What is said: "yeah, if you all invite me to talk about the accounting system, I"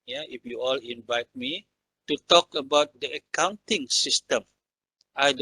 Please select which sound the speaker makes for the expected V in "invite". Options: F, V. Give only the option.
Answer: V